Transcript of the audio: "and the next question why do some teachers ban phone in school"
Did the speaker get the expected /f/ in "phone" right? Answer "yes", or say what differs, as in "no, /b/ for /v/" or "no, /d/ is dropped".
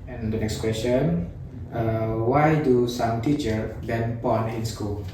no, /p/ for /f/